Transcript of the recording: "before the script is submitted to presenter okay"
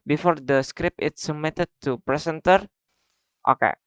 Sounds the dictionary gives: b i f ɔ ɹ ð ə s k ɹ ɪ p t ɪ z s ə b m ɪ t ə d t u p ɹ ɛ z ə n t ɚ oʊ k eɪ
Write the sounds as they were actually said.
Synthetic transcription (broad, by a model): b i f ɔ ɹ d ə s k ɹ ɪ p ɪ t s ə m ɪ t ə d t u p ɹ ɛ s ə n t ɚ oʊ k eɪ